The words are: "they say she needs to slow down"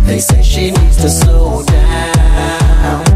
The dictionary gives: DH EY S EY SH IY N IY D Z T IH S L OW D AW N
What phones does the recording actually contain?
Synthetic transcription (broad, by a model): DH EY S EY SH IY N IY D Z T IH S OW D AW